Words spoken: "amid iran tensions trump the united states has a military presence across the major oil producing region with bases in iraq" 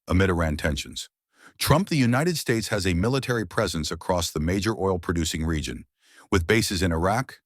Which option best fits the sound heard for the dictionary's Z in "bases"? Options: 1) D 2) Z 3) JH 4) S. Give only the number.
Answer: 2